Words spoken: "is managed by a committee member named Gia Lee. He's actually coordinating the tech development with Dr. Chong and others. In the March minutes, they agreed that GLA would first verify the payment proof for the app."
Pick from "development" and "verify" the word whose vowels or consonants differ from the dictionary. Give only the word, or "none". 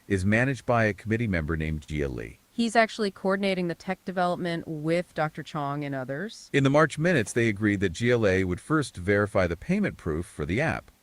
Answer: none